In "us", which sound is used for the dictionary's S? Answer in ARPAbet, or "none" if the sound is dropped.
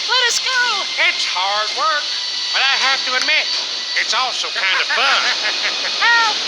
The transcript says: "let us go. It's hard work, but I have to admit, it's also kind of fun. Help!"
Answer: S